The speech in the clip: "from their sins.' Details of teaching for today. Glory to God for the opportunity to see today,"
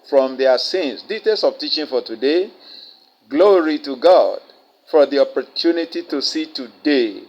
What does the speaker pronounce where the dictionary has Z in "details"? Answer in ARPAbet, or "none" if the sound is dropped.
S